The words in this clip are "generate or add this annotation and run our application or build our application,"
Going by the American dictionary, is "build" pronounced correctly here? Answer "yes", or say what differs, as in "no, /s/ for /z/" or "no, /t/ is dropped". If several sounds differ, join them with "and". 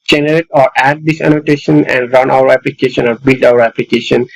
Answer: yes